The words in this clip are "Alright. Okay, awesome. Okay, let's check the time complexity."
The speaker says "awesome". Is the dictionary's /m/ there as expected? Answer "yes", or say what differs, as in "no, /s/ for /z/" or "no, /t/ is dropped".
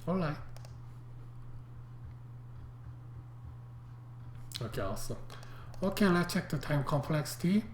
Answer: no, /m/ is dropped